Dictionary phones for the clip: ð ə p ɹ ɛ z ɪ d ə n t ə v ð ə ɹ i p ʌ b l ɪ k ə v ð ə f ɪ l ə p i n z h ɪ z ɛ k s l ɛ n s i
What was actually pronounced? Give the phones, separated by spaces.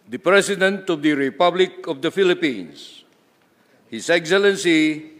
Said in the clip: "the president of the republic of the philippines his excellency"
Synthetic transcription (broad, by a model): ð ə p ɹ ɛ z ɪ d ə n t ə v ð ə ɹ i p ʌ b l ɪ k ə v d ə f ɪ l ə p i n s h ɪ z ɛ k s l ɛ n s i